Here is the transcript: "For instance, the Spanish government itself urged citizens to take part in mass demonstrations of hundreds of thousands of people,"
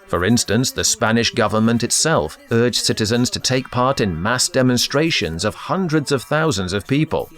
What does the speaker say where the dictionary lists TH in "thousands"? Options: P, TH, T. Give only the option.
TH